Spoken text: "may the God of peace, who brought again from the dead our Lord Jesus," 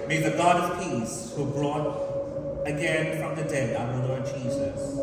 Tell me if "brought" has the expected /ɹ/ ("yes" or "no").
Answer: yes